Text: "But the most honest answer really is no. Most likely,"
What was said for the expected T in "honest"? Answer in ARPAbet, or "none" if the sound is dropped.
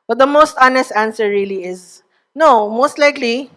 T